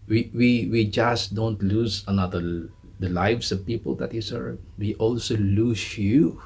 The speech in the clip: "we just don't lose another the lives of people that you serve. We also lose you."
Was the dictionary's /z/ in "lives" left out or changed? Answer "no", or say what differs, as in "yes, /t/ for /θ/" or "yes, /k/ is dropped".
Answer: yes, /s/ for /z/